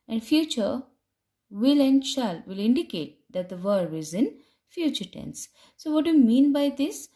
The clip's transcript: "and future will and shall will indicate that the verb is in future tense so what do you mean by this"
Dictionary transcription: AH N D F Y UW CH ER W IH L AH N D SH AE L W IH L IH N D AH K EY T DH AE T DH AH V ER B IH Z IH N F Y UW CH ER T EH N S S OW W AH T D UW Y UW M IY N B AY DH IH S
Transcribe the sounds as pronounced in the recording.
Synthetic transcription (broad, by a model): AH N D F Y UW CH ER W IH L AH N D SH AE L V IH L IH N D AH K EY T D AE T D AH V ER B IH Z IH N F Y UW CH ER T EH N S S OW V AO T D UW Y UW M IY N B AY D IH S